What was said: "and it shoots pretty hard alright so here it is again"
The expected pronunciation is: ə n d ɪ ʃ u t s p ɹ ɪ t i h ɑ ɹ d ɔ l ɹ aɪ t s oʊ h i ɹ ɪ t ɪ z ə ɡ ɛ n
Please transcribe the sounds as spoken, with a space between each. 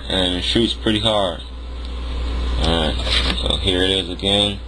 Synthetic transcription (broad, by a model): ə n ɪ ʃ u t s p ɹ ɪ t i h ɑ ɹ d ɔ ɹ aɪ t s oʊ h i ɹ ɪ t ɪ z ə ɡ ɛ n